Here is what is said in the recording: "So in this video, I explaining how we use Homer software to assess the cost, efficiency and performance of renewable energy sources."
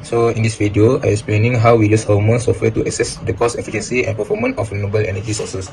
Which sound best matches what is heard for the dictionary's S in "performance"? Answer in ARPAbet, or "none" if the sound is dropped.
none